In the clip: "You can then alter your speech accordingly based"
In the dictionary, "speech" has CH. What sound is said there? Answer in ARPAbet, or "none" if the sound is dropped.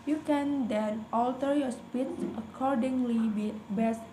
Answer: S